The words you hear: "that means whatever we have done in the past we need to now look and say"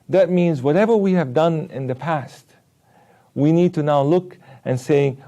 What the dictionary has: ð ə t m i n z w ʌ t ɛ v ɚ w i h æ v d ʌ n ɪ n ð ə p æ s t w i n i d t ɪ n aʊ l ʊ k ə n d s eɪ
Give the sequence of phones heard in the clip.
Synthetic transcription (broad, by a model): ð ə t m i n z w ʌ t ɛ v ɚ w i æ v d ʌ n ɪ n ð ə p æ s t w i n i d t ɪ n aʊ l ʊ k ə n s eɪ